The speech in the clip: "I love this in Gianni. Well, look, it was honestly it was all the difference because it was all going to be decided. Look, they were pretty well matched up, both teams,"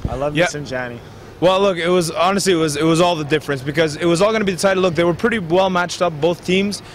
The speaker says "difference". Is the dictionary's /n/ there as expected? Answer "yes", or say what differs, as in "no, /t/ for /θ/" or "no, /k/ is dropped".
yes